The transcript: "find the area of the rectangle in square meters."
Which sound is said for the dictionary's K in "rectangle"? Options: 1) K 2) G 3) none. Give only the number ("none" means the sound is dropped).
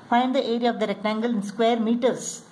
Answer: 1